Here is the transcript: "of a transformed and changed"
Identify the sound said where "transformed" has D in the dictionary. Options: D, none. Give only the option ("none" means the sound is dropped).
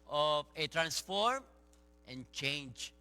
none